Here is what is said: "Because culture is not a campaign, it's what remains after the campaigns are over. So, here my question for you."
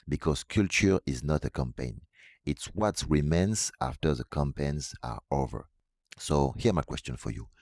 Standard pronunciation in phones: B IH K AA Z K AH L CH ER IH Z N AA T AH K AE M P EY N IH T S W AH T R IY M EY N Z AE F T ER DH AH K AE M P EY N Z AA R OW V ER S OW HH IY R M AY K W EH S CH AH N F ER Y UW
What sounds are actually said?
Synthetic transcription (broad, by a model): B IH K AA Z K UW L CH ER IH Z N AA T AH K AE M P EY N IH T S W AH T R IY M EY N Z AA F T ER DH AH K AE M P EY N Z AA R OW V ER S OW HH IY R M AY K W EH S CH AH N F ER Y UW